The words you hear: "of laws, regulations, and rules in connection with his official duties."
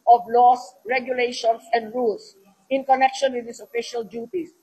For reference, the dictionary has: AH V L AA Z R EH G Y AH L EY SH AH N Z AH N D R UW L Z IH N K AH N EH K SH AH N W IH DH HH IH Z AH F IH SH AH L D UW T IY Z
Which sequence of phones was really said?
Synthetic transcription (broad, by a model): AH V L AA S R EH G Y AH L EY SH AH N S AH N D R UW L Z IH N K AH N EH K SH AH N W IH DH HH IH S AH F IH SH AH L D UW T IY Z